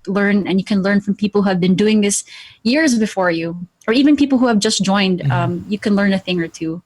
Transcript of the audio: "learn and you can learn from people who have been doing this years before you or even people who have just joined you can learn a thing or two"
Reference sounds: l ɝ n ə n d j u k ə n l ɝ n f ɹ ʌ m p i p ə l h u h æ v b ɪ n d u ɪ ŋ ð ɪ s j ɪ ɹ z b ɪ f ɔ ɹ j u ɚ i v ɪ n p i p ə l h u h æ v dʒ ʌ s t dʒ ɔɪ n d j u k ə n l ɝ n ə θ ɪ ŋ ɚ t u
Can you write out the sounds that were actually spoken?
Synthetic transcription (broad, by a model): l ɝ n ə n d j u k ə n l ɝ n f ɹ ʌ m p i p l h u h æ v b ɪ n d u ɪ ŋ ð ɪ s j ɪ ɹ z b ɪ f ɔ ɹ j u ɚ i v ɪ n p i p l h u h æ v dʒ ʌ s t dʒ ɔɪ n d j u k ə n l ɝ n ə θ ɪ ŋ ɚ t u